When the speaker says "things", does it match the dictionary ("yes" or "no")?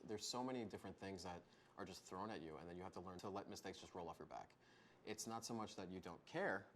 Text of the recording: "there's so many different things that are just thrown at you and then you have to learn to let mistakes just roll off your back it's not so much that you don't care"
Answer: yes